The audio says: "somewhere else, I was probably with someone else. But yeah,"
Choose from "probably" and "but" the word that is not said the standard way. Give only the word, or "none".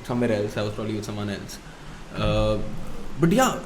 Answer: none